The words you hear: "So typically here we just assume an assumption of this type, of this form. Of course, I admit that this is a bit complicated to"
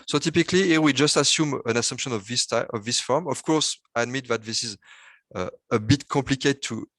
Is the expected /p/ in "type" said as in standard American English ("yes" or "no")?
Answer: no